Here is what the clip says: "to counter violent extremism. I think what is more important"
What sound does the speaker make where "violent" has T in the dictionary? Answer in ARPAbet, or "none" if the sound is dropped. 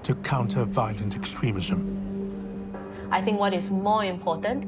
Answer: T